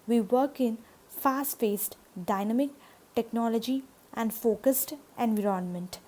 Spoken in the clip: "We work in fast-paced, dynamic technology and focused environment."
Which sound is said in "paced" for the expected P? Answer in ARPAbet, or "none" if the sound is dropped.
F